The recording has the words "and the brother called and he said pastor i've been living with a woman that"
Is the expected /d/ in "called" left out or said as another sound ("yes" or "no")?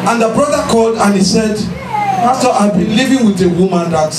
no